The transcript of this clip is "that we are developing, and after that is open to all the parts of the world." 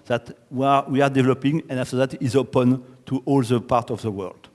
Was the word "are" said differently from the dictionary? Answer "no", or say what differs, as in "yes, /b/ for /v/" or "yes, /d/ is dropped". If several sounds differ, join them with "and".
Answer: yes, /w/ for /ɹ/